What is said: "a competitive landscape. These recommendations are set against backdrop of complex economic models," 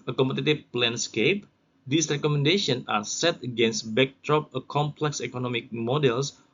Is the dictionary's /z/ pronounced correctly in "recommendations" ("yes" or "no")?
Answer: no